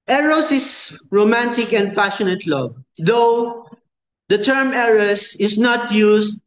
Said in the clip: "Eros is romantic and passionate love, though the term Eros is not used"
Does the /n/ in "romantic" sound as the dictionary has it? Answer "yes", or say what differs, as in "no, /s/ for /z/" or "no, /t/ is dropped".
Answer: yes